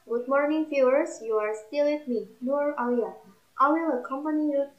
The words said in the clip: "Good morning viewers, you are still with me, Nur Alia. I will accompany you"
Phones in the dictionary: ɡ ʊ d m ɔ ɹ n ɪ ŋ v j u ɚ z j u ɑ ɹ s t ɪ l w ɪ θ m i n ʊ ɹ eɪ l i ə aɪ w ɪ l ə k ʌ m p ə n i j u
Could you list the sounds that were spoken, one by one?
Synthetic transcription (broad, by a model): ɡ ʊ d m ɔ ɹ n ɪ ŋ f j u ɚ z j u ɑ ɹ s t ɪ l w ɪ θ m i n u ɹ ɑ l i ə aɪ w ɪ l ə k ʌ m p ə n i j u